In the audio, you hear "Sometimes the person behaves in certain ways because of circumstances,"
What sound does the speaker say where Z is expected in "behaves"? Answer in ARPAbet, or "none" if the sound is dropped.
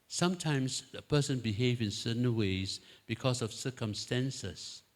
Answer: none